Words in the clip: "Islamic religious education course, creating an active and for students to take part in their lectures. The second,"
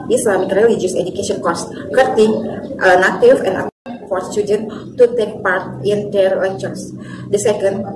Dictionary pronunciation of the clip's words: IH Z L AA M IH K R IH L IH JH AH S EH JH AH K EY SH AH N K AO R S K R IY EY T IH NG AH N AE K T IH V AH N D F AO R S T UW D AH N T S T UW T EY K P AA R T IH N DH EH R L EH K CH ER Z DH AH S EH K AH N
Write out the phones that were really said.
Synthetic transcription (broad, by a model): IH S L AA M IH K R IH L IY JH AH S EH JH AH K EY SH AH N K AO S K IY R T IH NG AH N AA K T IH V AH N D F AO R S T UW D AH N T T UW T EY K P AA R T IH N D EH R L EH CH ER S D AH S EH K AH N